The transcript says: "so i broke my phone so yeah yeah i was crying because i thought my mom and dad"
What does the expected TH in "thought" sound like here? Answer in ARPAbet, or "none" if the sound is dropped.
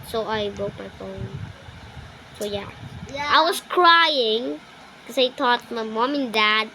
T